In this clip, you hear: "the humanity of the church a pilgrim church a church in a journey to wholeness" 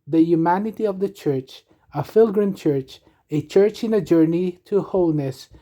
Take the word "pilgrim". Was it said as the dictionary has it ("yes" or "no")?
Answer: no